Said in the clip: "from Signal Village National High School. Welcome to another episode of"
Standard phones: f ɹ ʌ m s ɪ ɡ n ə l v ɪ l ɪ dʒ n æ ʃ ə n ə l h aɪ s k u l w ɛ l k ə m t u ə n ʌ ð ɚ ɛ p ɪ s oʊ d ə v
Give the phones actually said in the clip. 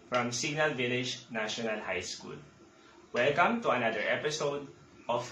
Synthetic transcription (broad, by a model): f ɹ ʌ m s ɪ ɡ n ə l v ɪ l ɪ dʒ n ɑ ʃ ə n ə l h aɪ s k u l w ɛ l k ə m t u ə n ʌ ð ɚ ɛ p ɪ s oʊ d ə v